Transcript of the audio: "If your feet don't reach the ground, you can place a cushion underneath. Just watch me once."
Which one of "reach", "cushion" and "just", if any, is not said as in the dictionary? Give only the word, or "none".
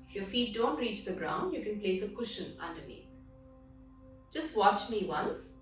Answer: none